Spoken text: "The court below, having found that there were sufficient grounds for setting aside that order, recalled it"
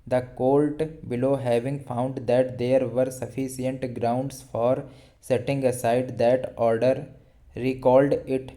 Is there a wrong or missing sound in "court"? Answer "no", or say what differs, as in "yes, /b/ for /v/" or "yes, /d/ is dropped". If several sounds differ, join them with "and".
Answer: yes, /l/ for /ɹ/